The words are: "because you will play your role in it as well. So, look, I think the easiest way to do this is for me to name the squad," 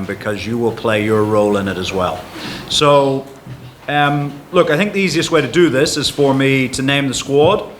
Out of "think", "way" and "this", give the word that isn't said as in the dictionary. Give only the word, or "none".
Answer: none